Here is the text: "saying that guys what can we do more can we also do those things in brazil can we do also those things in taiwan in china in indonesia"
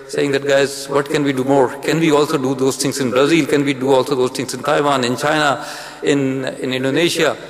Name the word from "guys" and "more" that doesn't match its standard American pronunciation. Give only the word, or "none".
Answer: none